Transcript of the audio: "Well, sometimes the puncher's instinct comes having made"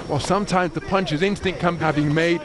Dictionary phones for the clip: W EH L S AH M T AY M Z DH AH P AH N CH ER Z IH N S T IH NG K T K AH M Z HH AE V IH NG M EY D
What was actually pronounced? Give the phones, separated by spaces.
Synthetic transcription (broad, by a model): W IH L S AH M T AY M Z DH AH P AH N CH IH Z IH N S T IH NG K K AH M HH AE V IH NG M EY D